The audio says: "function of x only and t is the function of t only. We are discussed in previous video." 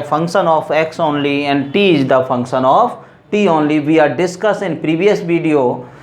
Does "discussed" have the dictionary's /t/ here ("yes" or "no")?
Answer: no